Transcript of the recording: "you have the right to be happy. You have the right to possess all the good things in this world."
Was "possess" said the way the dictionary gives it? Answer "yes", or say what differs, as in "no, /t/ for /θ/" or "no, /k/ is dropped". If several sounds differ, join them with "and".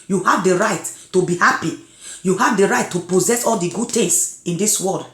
yes